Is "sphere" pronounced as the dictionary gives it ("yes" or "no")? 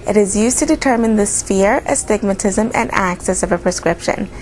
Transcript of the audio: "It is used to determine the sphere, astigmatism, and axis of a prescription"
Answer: yes